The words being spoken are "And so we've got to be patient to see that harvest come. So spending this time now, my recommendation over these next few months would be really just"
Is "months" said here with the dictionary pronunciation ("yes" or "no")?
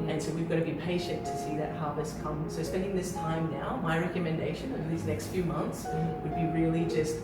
yes